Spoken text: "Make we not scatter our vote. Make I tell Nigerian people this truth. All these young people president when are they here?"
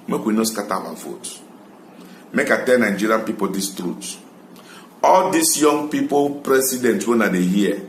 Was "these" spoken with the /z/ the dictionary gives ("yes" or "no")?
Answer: no